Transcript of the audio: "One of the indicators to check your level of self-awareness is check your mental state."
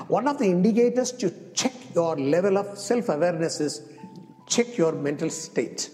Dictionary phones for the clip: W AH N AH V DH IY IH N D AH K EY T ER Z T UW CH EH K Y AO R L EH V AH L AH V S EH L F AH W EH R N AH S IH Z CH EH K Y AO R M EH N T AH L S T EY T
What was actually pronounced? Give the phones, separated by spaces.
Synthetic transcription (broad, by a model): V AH N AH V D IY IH N D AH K EY T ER S T UW CH EH K Y AO R L EH V AH L AH V S EH L F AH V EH R N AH S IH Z CH EH K Y AO R M EH N T AH L S T EY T